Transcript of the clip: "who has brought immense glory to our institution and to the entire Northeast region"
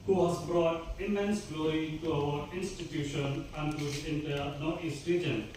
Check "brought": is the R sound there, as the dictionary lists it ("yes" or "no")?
yes